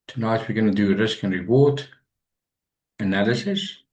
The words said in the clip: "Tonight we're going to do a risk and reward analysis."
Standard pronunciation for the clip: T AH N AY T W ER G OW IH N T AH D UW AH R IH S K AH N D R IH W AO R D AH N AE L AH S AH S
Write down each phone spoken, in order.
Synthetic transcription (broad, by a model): T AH N AY T W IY G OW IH N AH D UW AH R IH S K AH N R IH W AO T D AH N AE L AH S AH S